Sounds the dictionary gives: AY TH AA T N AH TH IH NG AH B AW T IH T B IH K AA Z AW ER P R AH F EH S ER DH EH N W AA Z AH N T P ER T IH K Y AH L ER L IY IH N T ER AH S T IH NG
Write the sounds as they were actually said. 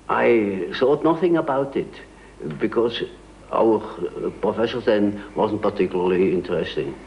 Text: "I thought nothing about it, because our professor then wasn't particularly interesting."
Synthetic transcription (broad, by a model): AY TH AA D N AH TH IH NG AH B AW T IH T B IH K AA Z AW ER P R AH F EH SH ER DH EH N W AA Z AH N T P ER T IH K Y L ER L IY IH N T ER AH S T IH NG